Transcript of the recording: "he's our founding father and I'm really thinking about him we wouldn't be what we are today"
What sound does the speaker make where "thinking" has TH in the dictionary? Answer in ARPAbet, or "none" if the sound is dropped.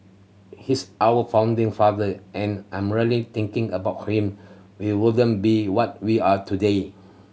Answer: T